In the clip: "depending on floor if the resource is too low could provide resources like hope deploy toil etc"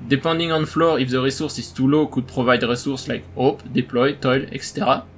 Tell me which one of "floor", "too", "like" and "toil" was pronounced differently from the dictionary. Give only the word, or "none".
none